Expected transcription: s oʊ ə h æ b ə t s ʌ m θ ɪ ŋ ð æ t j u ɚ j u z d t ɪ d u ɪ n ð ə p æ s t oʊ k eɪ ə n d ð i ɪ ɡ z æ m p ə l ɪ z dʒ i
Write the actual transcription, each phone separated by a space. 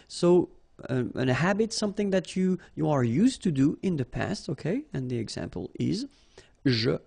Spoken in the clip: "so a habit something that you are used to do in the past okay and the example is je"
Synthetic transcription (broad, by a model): s oʊ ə h æ b ə t s ʌ m θ ɪ ŋ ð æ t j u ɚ j u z t ɪ d u ɪ n ð ə p æ s t oʊ k eɪ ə n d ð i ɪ ɡ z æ m p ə l ɪ z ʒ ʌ